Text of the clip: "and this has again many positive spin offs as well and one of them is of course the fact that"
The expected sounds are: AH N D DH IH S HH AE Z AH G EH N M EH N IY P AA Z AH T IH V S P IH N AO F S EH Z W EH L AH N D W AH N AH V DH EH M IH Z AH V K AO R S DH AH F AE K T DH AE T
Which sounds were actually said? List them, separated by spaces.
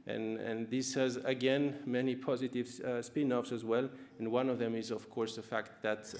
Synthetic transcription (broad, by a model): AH N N DH IH S HH AE Z AH G EH N M EH N IY P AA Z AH T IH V S P IH N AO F S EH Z W EH L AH N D W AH N AH V DH EH M IH Z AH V K AO R S DH AH F AE K T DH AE T